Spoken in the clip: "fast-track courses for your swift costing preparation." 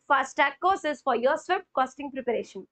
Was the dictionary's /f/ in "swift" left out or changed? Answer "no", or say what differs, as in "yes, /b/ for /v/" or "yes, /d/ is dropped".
yes, /p/ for /f/